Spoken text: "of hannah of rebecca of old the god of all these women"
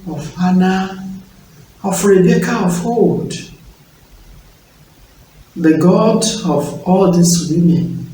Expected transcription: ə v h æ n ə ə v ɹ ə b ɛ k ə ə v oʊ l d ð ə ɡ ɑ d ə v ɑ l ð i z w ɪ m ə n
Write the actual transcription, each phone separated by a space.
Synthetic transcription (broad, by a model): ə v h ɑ n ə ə f ɹ ə b ɛ k ə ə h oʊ d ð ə ɡ ɑ d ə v ɑ l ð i s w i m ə n